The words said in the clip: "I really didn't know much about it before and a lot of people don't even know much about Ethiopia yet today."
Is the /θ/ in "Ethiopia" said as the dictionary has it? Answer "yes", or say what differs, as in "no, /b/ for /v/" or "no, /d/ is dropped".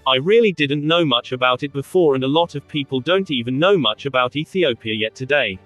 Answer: yes